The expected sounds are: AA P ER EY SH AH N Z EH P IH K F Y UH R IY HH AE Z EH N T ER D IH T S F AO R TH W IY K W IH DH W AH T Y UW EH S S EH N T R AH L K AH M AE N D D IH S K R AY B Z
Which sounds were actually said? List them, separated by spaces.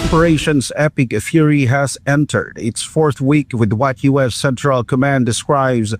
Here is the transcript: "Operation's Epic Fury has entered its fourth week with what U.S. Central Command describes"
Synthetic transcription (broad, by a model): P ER EY SH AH N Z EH P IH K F Y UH R IY HH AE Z EH N T ER D IH T S F AO R TH W IY K W IH DH W AH T Y UW EH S S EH N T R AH L K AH M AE N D D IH S K R AY B Z